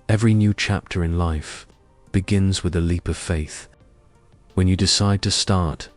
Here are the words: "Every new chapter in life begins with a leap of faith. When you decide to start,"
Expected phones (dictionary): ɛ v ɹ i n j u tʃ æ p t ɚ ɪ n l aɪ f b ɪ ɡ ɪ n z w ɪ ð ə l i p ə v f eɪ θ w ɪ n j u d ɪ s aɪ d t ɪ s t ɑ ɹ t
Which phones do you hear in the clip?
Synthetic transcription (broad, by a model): ɛ v ɹ i n j u tʃ æ p t ɚ ɪ n l aɪ f b ɪ ɡ ɪ n z w ɪ ð ə l i p ə v f eɪ θ w ɪ n j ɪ d ɪ s aɪ d t ɪ s t ɑ ɹ t